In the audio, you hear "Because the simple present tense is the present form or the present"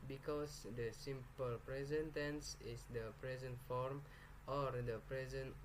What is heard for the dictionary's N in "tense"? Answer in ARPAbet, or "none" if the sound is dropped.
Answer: N